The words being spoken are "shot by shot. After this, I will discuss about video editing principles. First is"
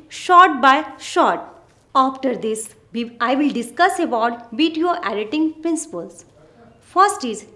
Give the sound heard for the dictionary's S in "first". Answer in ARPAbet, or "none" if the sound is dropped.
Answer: S